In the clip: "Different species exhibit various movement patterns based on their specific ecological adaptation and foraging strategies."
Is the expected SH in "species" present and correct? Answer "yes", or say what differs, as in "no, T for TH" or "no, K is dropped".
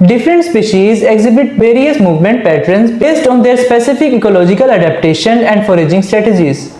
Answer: yes